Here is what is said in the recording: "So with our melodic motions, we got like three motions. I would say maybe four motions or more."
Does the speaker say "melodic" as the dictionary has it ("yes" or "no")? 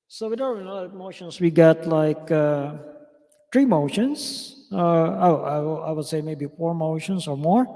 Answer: no